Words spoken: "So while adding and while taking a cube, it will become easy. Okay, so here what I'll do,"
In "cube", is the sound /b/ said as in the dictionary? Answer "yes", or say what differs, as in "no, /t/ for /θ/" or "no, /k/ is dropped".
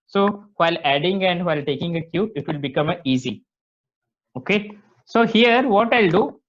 no, /b/ is dropped